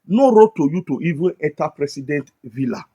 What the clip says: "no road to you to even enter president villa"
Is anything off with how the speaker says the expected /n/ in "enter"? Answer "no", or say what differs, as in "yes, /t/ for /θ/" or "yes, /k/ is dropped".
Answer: yes, /n/ is dropped